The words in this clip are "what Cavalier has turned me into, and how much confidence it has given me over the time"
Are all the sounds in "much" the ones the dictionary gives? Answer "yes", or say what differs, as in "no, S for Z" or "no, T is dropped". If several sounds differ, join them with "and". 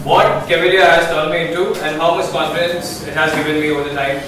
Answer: no, S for CH